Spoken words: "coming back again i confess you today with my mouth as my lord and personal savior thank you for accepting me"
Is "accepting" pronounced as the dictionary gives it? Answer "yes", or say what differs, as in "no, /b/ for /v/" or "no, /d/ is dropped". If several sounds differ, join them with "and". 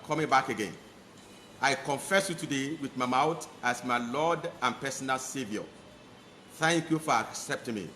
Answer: yes